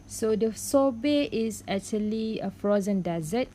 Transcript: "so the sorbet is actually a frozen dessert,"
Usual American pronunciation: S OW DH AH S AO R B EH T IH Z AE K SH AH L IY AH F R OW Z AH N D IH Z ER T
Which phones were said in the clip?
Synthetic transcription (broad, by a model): S OW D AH S AO B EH T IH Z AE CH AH L IY AH F R OW Z AH N D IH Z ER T